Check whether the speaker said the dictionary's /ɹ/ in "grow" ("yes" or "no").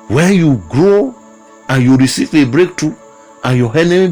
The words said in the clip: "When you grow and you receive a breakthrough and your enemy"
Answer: yes